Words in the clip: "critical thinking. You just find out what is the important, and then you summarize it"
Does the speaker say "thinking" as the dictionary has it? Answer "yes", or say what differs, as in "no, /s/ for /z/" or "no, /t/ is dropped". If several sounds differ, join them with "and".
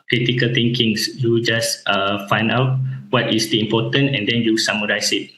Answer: no, /t/ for /θ/